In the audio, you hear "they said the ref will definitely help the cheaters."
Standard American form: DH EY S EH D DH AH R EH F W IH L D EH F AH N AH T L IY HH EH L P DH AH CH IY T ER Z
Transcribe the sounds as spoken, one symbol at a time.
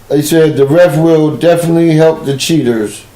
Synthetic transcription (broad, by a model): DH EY S EH D DH AH R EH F W IH L D EH F AH N AH T L IY HH EH L P DH AH CH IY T ER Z